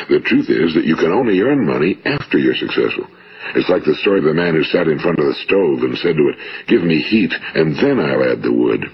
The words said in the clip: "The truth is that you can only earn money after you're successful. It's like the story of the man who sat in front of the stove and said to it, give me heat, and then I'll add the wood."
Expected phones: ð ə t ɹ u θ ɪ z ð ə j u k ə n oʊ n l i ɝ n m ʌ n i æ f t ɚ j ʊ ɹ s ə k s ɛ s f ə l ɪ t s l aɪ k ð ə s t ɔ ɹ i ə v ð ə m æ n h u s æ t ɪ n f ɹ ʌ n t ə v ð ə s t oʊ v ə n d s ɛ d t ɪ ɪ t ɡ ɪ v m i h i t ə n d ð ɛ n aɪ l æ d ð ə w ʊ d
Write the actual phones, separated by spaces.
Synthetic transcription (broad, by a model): ð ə t ɹ u θ ɪ z ð ə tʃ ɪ k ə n oʊ n l i ɝ n m ʌ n i æ f t ɚ j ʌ ɹ s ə k s ɛ s f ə l ɪ t s l aɪ k ð ə s t ɔ ɹ i ə v ð ə m æ n h u s æ t ɪ n f ɹ ʌ n t ə v ð ə s t oʊ v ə n s ɛ d t ɪ ɪ t ɡ ɪ v m i h i t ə n ð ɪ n aɪ l æ d ð ə w ʊ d